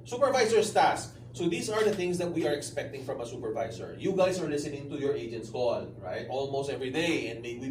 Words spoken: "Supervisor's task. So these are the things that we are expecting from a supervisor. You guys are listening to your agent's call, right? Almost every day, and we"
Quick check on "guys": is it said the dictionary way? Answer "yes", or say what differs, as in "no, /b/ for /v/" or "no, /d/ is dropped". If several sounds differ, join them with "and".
no, /s/ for /z/